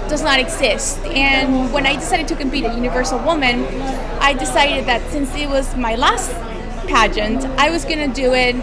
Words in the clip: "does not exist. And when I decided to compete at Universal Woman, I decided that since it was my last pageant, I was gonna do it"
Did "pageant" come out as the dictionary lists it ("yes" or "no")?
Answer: yes